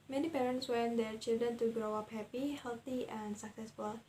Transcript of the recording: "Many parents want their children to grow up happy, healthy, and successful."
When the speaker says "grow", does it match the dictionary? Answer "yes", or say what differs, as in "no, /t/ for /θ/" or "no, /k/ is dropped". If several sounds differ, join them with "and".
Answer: yes